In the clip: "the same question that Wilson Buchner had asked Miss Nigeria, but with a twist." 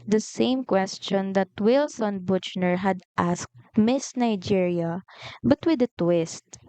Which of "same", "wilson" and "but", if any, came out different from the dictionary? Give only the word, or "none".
none